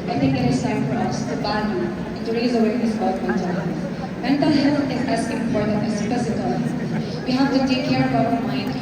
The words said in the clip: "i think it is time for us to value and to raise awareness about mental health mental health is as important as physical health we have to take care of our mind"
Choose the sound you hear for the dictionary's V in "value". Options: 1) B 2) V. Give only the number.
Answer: 1